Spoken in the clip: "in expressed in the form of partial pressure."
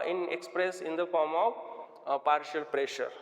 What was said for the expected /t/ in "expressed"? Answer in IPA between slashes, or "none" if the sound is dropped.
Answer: none